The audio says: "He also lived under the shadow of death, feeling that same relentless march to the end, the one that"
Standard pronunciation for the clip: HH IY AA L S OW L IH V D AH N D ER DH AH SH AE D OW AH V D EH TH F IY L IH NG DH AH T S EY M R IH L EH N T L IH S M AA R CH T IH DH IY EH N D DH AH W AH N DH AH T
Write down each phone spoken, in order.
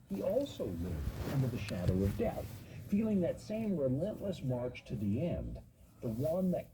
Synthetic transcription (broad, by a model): HH IY AA L S OW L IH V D AH N D ER DH AH SH AE D OW AH V D EH TH F IY L IH NG DH AH T S EY M R IH L EH N T L IH S M AA R CH T IH DH IY EH N DH AH W AH N DH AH T